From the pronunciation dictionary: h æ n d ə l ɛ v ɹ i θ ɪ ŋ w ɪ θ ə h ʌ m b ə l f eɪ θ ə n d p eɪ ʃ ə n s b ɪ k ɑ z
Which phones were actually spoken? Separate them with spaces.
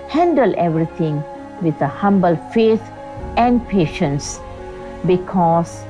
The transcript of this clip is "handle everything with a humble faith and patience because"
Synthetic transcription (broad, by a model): h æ n d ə l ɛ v ɹ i t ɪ ŋ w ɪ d ə h ʌ m b ə l f eɪ t ə n d p eɪ ʃ ə n s b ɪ k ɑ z